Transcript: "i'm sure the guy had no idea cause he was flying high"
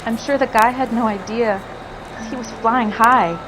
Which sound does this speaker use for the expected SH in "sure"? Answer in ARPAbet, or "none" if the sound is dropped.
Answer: SH